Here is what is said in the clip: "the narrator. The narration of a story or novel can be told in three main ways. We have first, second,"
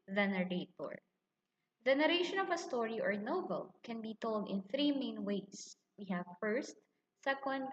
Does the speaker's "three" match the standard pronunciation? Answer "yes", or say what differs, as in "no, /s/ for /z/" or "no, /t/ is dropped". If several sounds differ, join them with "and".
yes